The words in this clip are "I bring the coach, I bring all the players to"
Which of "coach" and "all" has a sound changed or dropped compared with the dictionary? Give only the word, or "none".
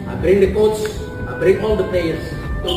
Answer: coach